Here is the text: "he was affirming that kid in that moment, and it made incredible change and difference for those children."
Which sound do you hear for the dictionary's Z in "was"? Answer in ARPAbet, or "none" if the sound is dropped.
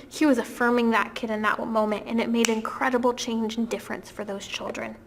Z